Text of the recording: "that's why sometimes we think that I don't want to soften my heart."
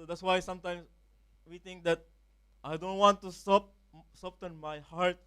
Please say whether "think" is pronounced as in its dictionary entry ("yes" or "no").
no